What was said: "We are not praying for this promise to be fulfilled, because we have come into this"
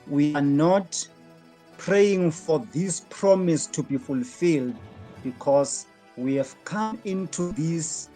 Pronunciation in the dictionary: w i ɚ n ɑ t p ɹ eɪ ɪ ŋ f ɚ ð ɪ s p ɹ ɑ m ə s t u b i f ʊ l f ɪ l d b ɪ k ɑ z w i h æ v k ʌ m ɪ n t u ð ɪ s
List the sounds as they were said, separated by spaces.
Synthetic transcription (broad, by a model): w i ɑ n ɑ t p ɹ eɪ ɪ ŋ f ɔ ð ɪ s p ɹ ɑ m ə s t u b i f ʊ l f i l d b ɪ k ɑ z w i h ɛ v k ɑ m ɪ n t u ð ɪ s